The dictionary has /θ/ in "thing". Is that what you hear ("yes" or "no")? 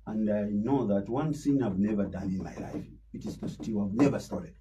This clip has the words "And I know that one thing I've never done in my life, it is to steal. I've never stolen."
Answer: no